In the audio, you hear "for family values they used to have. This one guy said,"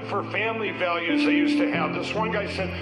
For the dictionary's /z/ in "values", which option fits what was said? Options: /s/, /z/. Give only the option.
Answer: /z/